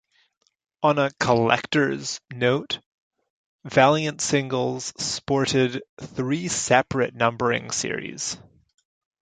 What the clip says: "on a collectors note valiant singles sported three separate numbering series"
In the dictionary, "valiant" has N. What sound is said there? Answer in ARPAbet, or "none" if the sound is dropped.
N